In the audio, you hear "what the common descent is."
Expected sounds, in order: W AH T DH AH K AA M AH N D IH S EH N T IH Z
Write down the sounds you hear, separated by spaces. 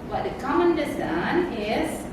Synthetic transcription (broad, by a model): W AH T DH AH K AA M AH N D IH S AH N IH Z